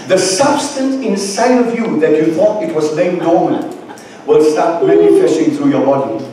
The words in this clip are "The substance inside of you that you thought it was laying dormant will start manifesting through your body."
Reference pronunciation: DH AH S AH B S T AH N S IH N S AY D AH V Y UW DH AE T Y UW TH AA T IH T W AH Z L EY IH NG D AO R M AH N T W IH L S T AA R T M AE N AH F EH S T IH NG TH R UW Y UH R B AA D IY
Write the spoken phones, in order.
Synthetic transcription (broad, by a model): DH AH S AH B S T AH N S IH N S AY D AH V Y UW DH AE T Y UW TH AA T IH T W AH Z N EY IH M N AO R M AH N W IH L S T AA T M AE N AH F EH S T IH NG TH R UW Y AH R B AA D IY